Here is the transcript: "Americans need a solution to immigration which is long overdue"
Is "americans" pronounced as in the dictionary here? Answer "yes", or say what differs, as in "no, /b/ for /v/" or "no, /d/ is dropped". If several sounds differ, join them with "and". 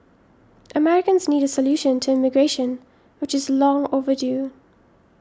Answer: yes